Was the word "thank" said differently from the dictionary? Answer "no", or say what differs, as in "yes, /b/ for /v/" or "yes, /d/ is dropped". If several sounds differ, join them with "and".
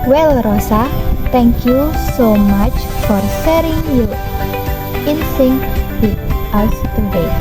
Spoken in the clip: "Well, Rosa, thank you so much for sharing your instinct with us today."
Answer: yes, /t/ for /θ/